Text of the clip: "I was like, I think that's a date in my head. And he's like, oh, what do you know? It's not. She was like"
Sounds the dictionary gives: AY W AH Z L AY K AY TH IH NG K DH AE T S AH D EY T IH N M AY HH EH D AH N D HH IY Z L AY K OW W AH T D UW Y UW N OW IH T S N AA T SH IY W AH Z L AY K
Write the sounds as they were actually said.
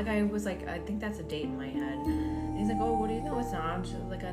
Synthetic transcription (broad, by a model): AY W AH Z L AY K AY TH IH NG K DH AE T S AH D EY T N M AY HH EH D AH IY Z L AY K OW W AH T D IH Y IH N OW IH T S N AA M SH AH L AY K